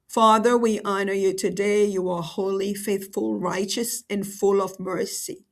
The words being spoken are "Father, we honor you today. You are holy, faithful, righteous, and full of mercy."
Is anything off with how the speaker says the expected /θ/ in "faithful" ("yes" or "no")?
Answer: no